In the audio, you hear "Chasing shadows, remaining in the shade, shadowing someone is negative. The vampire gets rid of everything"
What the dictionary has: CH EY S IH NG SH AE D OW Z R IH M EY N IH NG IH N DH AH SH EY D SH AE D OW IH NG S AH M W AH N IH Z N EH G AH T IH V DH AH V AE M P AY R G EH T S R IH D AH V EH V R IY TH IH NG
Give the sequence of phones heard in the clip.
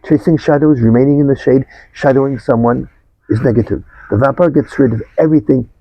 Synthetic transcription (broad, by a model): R EY S IH NG SH AE D OW Z R IH M EY N IH NG IH N DH AH SH EY D SH AE D OW IH NG S AH M W AH N IH Z N EH G AH T IH V DH AH V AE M P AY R G EH T S R IH D AH V EH V R IY TH IH NG